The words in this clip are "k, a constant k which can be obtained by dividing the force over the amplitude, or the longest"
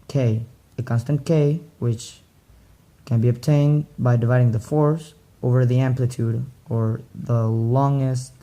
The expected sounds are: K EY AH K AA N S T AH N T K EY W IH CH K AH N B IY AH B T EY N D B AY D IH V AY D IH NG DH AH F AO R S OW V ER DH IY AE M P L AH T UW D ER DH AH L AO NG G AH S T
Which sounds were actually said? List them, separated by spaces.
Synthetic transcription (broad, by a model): K EY AH K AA N S T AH N K EY W IH CH K AH N B IY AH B T EY N B AY D IH V AY D IH NG DH AH F AO R S OW V ER DH IY AE M P L AH T UW D ER DH AH L AO NG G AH S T